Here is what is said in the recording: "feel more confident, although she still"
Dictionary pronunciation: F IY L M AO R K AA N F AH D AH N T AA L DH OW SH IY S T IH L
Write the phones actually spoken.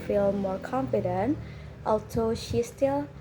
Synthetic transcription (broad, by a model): F IY L M AO R K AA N F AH D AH N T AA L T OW SH IY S T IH L